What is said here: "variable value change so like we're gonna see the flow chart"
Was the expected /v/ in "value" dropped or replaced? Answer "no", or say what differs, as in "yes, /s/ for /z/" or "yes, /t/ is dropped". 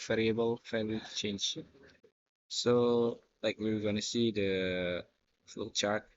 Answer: yes, /f/ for /v/